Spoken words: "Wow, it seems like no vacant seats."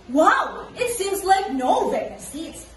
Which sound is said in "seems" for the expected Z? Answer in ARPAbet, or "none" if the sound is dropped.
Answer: Z